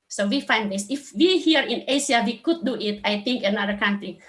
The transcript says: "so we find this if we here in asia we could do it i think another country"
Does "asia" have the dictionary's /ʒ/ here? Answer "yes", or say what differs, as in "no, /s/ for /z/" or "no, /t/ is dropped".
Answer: no, /s/ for /ʒ/